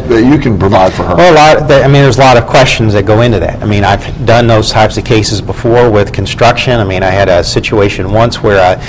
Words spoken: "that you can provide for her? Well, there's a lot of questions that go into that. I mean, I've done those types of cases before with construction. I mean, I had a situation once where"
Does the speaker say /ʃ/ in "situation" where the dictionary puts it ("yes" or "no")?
yes